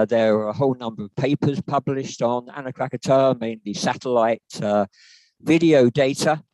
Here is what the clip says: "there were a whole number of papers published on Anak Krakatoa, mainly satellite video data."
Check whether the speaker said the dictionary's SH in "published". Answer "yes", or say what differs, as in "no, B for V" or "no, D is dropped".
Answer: yes